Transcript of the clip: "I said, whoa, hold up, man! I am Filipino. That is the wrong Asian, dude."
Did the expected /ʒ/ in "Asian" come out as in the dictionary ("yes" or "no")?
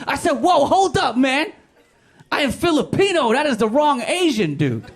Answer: yes